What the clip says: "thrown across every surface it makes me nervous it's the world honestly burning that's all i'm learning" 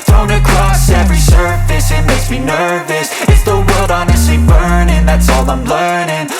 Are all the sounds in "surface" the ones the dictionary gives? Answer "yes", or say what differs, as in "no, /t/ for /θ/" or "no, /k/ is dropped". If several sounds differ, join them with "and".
yes